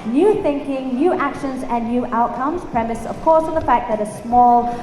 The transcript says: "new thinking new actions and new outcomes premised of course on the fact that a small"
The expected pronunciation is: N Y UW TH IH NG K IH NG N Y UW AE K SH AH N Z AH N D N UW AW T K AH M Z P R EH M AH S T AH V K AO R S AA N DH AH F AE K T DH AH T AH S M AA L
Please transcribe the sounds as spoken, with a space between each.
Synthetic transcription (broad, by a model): N Y UW TH IH NG K IH NG N Y UW AE K SH AH N Z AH N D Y UW AW T K AH M Z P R EH M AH S AH V K AO R S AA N DH AH F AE K DH AH T AH S M AA L